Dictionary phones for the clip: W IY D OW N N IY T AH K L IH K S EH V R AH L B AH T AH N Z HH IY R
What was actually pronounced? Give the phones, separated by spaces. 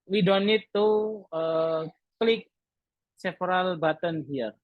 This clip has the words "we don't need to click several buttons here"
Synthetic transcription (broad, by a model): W IY D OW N N IY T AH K L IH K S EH F R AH L B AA T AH N HH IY R